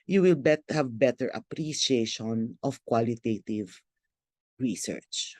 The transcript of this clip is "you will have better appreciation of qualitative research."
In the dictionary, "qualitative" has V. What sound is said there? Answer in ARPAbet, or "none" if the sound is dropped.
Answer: V